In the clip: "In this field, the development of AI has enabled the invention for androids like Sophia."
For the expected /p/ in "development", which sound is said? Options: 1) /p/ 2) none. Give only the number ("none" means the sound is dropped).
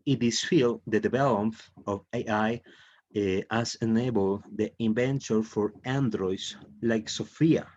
2